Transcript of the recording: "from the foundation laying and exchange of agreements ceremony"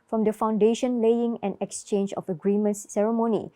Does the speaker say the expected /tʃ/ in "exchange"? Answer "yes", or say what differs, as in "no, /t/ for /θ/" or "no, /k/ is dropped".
yes